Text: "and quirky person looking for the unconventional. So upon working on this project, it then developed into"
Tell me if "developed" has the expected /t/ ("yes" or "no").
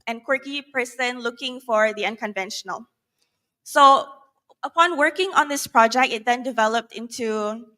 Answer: yes